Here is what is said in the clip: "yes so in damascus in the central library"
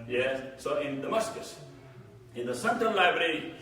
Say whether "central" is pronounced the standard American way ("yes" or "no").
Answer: no